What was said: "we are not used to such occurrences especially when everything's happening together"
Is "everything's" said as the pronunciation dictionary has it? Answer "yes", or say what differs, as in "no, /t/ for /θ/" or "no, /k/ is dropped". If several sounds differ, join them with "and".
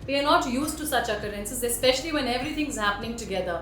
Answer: no, /t/ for /θ/